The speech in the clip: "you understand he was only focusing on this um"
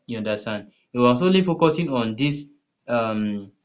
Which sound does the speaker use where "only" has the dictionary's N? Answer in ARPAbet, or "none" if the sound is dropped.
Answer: none